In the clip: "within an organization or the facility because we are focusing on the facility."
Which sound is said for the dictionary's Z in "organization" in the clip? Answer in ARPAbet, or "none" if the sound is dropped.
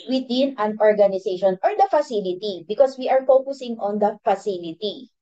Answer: S